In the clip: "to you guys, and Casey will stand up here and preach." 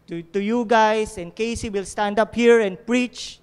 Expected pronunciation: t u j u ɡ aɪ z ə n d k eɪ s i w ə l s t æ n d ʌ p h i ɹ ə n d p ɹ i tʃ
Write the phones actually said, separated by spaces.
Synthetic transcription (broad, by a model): t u j u ɡ aɪ s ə n k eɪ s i w ə l s t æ n d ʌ p h i ɹ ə n p ɹ i tʃ